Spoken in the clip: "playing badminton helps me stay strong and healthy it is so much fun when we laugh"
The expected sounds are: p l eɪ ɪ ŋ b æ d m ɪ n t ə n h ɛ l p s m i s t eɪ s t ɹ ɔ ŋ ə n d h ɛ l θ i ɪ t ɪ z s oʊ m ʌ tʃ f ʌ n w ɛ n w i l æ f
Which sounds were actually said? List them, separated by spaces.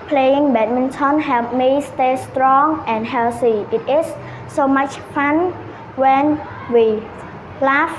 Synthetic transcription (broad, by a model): p l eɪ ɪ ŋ b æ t m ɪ n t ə n h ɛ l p m i s t eɪ s t ɹ ɔ ŋ ə n d h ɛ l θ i ɪ t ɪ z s oʊ m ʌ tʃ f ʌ n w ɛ n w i l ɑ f